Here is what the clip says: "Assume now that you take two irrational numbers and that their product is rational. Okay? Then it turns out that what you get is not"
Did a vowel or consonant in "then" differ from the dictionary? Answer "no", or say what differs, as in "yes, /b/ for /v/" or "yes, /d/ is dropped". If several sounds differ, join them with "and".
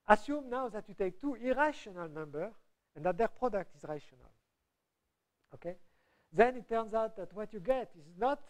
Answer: no